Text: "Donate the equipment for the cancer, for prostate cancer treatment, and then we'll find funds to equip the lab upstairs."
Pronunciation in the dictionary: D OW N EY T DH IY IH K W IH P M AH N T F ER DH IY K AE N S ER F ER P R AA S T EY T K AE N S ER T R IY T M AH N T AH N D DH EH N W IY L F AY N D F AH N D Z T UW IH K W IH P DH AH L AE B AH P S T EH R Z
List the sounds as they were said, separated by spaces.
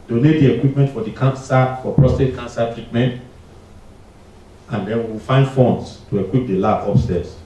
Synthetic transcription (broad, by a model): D OW N EY T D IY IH K W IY P M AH N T F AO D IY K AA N S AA F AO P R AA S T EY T K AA N S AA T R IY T M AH N T AH N D EH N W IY W F AY N D F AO N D S T UW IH K W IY P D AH L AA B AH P S T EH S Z